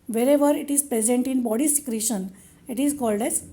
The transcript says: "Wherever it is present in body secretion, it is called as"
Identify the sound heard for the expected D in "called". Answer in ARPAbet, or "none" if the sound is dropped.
D